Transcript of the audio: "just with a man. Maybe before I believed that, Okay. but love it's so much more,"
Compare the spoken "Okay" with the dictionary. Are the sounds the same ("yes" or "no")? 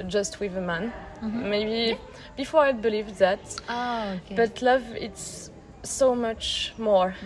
no